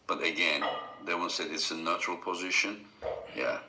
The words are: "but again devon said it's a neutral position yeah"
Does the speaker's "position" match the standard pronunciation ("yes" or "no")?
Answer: yes